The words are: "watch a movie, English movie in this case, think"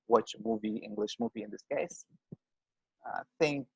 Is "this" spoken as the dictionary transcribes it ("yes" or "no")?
yes